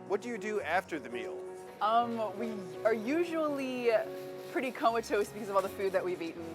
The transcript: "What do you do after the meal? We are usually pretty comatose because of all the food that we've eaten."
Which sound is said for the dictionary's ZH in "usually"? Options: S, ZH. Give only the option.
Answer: ZH